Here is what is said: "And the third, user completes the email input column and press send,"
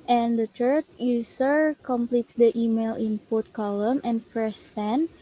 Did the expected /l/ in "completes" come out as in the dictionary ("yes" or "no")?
yes